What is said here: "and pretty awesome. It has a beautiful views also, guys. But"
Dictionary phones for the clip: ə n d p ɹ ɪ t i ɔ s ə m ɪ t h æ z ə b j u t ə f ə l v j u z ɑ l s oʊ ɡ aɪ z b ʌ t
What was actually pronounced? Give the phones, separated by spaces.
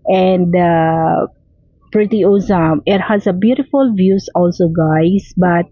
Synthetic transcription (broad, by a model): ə n d p ɹ ɪ t i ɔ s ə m ɪ t h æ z ə b j u t ə f ə l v j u s ɑ l s oʊ ɡ aɪ s b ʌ t